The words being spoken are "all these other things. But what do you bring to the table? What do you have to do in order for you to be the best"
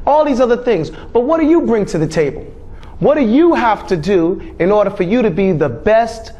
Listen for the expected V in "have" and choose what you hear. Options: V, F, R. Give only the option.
F